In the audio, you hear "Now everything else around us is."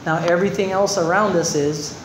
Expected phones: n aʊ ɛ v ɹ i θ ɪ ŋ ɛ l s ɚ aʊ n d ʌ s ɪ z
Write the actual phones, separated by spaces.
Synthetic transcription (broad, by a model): n aʊ ɛ v ɹ i θ ɪ ŋ ɛ l s ɚ aʊ n d ʌ s ɪ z